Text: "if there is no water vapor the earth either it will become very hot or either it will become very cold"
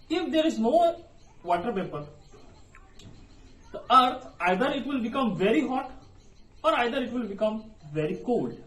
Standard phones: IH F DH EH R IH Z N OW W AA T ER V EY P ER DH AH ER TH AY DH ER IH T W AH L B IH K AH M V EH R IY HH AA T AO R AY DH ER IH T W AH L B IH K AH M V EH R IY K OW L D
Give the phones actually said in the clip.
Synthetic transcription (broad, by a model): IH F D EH R IH Z N OW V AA T ER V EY P ER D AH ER T AY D ER IH T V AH L B IH K AH M V EH R IY HH AA T AO R AY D ER IH T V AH L B IH K AH M V EH R IY K OW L D